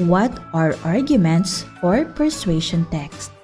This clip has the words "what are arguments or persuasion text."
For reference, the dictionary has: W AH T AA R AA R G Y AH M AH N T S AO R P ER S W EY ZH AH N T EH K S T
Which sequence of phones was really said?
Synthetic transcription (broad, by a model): W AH T AA R AA R G Y AH M AH N T S AO R P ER S W EY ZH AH N T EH K S T